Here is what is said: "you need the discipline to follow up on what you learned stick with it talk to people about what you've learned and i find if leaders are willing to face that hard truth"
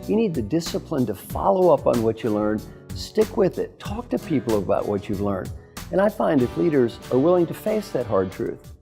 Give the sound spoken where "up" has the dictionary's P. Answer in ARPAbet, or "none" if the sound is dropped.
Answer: P